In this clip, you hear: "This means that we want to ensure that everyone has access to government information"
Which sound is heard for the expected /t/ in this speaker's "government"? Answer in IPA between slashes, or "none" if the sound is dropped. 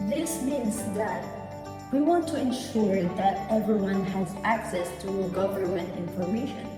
/t/